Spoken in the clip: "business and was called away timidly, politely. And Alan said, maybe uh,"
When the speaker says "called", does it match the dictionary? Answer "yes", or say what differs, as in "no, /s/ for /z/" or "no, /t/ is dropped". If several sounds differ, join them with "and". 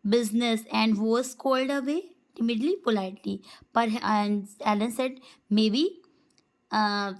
yes